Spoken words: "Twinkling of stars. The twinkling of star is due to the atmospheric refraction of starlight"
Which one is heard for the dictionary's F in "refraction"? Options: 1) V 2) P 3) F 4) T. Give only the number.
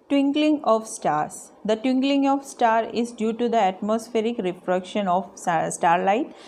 2